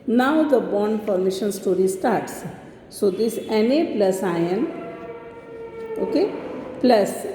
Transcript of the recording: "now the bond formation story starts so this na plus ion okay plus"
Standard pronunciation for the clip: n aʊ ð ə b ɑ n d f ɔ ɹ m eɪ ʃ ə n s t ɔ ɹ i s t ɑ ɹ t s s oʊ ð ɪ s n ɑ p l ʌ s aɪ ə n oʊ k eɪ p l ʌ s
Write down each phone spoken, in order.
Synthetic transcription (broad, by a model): n aʊ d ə b ɑ n d p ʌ ɹ m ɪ ʃ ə n s t ɔ ɹ i s t ɑ ɹ t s s oʊ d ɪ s n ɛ p l ʌ s aɪ ə n oʊ k eɪ p l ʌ s